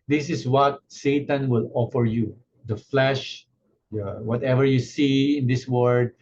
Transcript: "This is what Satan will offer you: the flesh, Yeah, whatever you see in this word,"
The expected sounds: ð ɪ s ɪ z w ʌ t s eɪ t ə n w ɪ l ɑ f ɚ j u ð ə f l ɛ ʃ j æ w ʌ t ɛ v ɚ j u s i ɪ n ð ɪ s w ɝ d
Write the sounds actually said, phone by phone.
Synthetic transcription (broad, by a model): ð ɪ s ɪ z w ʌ t s eɪ t ə n w ɪ l ɑ f ɚ j u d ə f l ɛ ʃ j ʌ w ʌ t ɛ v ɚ j u s i ɪ n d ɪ s w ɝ d